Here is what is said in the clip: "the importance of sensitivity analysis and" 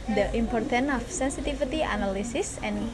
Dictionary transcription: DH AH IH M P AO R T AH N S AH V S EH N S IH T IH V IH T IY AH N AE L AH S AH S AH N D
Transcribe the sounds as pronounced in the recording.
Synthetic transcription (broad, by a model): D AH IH M P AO R T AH N AH F S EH N S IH T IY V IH T IY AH N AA L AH S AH S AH N